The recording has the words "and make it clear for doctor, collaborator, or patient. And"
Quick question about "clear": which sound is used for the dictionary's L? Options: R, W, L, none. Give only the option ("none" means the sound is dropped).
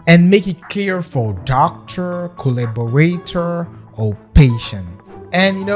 none